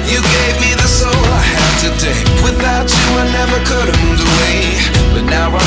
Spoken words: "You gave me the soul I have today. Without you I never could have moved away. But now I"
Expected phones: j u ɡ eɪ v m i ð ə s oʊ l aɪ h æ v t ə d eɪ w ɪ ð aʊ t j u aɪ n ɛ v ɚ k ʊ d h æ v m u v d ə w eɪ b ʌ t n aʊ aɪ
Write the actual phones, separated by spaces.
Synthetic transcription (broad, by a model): j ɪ ɡ eɪ v m i ð ə s oʊ l aɪ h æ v t ə d eɪ w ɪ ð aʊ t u aɪ n ɛ v ɚ k ʊ d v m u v ə w eɪ b ʌ t n aʊ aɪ